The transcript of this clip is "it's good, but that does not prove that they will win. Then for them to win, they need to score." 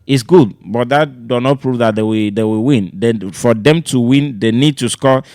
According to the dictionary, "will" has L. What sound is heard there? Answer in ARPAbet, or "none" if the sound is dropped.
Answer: W